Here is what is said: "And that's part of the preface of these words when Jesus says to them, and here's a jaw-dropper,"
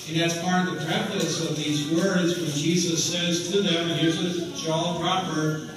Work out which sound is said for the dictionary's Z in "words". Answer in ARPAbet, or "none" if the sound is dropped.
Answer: Z